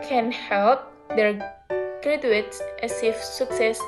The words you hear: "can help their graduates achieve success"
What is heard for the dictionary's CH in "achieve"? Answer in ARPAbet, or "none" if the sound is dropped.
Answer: S